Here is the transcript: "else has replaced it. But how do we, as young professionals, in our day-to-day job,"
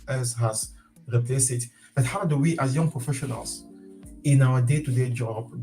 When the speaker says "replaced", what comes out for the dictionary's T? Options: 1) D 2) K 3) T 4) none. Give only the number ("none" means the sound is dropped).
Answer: 4